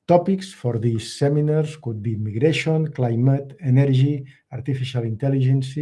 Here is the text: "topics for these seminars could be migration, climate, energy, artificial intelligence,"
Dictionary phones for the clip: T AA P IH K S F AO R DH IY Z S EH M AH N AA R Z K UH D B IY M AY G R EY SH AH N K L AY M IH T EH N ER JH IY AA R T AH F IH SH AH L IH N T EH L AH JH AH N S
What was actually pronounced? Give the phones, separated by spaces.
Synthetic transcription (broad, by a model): T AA P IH K S F AO R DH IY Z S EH M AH N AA R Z K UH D B IY M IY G R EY SH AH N K L AY M IH T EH N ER ZH IY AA R T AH F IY SH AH L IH N T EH L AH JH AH N S